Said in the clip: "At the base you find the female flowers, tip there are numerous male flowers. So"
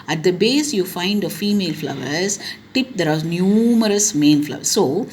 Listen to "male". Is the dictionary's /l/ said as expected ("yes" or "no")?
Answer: no